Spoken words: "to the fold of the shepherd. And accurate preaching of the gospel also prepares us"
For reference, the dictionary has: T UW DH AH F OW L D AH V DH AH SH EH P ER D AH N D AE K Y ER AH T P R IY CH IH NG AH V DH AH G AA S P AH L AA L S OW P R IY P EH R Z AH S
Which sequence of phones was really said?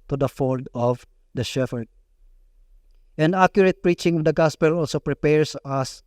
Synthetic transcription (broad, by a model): T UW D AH F OW L D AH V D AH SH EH F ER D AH N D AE K Y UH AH T P R IY CH IH NG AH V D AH G AA S P AH L AA L S OW P R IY P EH R S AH S